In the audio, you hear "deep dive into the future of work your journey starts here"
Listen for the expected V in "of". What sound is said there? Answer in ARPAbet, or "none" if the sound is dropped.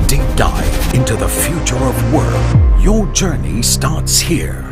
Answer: V